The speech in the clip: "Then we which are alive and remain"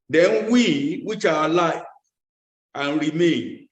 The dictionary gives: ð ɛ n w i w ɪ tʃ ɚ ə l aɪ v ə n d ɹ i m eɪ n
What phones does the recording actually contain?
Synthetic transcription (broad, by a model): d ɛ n w i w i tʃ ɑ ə l aɪ ə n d ɹ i m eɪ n